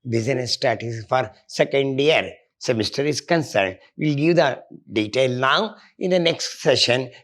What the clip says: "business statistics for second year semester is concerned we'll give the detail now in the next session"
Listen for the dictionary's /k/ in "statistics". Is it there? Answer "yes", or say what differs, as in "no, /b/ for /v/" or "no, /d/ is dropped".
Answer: no, /k/ is dropped